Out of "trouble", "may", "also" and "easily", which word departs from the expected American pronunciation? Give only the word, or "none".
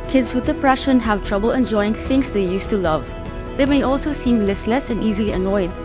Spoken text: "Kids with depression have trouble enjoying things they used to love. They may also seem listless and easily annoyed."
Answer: none